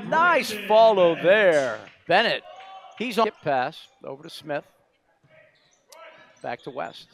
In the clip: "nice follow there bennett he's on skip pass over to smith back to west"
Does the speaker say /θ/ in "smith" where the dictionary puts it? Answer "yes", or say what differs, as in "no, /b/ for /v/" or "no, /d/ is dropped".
yes